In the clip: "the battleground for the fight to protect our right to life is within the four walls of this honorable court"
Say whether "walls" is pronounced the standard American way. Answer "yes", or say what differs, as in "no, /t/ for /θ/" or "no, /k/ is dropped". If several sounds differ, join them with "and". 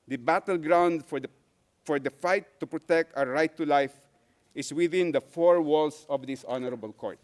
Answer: no, /s/ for /z/